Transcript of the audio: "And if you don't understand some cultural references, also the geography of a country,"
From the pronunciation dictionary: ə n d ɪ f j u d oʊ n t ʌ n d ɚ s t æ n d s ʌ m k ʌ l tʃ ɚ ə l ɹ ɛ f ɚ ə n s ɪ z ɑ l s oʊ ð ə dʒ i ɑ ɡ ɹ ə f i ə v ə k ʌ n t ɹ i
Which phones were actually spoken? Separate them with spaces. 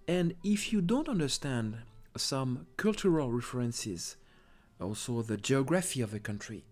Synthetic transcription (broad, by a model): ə n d ɪ f j u d oʊ n t ʌ n d ɚ s t æ n d s ʌ m k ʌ l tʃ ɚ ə l ɹ ɛ f ɚ ə n s ɪ z ɑ l s oʊ ð ə dʒ i ɑ ɡ ɹ ə f i ə v ə k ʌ n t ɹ i